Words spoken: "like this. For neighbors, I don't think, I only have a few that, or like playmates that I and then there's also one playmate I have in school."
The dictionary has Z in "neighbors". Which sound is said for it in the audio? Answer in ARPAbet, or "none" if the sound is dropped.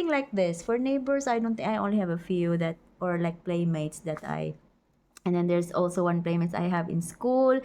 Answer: S